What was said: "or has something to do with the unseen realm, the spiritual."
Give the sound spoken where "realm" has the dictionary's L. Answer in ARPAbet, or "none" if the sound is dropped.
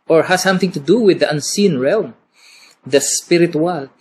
L